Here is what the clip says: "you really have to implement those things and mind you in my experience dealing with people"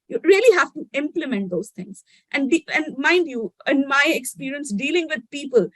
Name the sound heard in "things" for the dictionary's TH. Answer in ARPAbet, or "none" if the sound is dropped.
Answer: T